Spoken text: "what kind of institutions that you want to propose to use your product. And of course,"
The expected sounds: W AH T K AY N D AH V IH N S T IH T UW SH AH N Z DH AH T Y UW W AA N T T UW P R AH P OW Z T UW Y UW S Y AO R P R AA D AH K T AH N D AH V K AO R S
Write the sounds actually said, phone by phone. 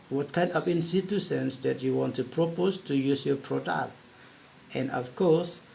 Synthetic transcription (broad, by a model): W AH T K AY N D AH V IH N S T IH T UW S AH N S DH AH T Y UW W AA N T T UW P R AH P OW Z T UW Y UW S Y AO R P R AA D AH K T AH N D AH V K AO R S